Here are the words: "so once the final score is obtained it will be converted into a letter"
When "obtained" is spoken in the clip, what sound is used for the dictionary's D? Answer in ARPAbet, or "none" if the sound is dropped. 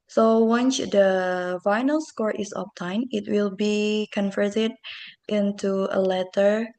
none